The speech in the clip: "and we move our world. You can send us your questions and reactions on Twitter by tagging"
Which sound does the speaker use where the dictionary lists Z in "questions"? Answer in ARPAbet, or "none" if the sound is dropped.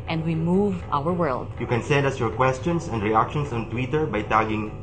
S